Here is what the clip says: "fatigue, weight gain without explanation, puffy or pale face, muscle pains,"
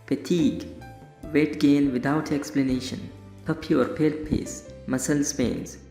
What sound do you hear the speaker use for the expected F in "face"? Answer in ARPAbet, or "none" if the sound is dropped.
P